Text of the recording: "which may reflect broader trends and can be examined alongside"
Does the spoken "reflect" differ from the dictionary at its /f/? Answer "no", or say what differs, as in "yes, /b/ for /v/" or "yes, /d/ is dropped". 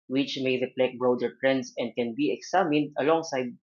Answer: yes, /p/ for /f/